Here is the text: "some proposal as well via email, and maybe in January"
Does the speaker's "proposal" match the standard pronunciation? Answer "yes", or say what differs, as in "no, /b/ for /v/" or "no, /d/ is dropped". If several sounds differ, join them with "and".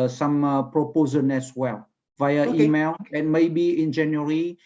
no, /n/ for /l/